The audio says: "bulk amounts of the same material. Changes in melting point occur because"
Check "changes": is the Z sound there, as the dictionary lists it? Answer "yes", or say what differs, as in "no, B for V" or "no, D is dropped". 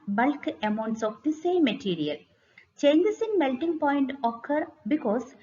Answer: no, S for Z